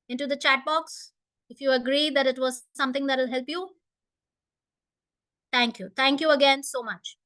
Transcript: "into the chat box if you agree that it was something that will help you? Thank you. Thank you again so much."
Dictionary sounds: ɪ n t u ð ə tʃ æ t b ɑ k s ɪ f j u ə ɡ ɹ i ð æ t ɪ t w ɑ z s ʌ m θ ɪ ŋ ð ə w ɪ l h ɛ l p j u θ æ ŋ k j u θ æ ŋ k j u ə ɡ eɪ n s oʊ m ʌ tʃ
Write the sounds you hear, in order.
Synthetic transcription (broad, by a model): ɪ n t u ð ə tʃ æ t b ɑ k s ɪ f j u ə ɡ ɹ i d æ t ɪ t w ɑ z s ʌ m t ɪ ŋ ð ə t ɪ l h ɛ l p j u t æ ŋ k j u t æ ŋ k j u ə ɡ eɪ n s oʊ m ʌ tʃ